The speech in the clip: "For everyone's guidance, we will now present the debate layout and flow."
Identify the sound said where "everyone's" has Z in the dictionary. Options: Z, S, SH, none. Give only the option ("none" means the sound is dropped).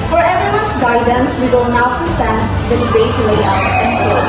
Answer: S